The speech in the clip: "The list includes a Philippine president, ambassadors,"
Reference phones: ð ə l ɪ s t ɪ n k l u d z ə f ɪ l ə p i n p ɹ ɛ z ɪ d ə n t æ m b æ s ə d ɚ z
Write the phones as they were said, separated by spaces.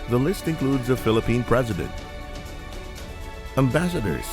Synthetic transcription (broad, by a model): ð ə l ɪ s t ɪ n k l u d z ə f ɪ l ə p i n p ɹ ɛ z ɪ d ə n t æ m b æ s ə d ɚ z